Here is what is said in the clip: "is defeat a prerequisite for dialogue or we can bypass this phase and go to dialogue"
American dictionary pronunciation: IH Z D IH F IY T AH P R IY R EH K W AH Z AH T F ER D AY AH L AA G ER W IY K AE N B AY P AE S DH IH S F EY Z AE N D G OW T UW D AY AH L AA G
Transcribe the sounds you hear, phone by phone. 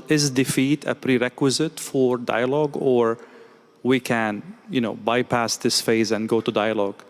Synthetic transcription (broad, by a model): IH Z D IH F IY T AH P R IY R EH K W AH Z AH T F ER D AY AH L AA G ER W IY K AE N B AY P AE S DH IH S F EY Z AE N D G OW T UW D AY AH L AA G